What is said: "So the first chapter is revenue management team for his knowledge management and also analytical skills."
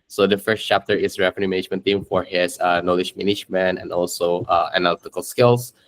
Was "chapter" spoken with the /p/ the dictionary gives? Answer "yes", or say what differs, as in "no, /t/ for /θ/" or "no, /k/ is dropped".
yes